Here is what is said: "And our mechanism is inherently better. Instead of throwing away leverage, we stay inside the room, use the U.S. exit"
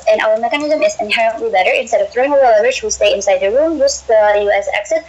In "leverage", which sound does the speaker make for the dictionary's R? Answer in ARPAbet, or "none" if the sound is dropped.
none